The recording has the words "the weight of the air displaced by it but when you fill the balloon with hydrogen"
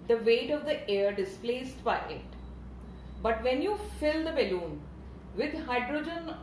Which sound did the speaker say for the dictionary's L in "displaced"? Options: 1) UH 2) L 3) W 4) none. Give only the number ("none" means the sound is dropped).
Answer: 2